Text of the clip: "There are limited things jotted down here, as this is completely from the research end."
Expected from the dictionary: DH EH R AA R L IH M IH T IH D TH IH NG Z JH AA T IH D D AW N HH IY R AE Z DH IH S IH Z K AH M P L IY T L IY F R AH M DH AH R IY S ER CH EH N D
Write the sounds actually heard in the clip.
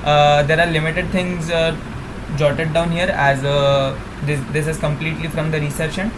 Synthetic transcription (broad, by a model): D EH R AA R L IH M IH T IH D T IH NG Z JH AA T IH D D AW N HH IY R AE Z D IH S IH Z K AH M P L IY T L IY F R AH M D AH R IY S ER SH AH N